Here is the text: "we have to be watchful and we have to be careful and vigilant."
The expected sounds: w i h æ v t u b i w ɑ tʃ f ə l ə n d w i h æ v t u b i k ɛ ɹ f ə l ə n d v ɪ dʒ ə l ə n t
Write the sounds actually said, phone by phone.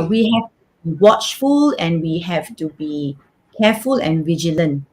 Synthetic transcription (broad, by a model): w i h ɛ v t u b i w ɑ tʃ f ə l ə n w i h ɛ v t u b i k ɛ f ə l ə n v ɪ dʒ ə l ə n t